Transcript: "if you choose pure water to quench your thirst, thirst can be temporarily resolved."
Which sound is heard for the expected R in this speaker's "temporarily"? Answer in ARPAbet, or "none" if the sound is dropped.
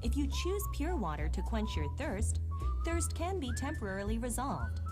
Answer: R